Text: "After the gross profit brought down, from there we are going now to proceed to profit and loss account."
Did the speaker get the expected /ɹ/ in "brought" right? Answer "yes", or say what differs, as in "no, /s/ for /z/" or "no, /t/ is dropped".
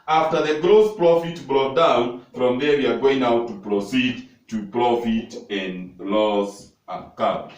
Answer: yes